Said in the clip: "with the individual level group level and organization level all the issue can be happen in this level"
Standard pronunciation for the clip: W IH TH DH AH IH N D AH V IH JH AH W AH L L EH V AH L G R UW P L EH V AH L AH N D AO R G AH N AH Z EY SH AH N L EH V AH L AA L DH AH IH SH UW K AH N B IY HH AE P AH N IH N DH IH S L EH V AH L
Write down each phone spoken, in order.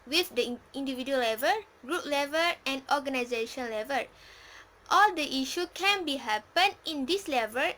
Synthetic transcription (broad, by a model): W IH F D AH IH N D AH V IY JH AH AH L L EH V AH L G R UW P L EH V AH L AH N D AO G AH N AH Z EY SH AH N L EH V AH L AA L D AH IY SH UW K AH N B IY HH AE P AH N IH N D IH S L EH V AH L